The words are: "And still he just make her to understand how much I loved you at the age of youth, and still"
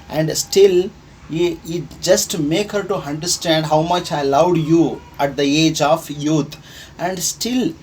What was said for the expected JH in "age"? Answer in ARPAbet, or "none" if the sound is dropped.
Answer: JH